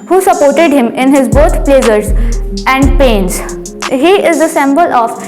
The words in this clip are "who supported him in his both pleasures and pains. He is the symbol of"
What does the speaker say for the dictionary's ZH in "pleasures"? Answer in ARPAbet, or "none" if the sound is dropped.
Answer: S